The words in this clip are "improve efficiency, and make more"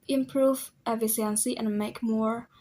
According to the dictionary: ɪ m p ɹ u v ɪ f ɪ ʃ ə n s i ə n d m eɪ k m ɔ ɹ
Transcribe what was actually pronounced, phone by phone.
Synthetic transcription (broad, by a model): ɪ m p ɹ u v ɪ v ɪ s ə n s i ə n m eɪ k m ɔ ɹ